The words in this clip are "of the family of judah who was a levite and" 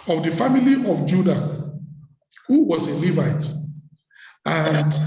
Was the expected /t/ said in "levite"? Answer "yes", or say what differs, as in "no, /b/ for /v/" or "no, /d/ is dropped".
yes